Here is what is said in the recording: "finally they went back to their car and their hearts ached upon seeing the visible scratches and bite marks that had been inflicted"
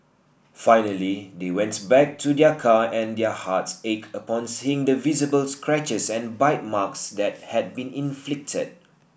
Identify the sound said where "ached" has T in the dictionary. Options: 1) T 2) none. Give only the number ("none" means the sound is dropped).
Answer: 2